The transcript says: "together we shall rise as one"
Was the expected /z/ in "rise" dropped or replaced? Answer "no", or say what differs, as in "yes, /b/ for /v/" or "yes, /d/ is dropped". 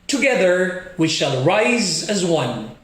no